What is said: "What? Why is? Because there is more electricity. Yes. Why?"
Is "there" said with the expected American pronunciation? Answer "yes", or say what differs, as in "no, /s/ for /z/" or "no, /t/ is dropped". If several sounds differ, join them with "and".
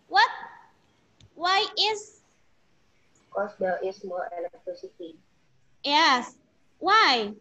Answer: no, /l/ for /ɹ/